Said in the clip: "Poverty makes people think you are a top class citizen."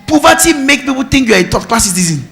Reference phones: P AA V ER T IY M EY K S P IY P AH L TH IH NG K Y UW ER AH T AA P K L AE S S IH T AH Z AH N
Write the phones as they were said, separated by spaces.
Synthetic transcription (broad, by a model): P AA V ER T IY M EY K P IY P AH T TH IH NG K Y UW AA AH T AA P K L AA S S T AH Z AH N